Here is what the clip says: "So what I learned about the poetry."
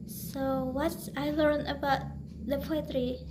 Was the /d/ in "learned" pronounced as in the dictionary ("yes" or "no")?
no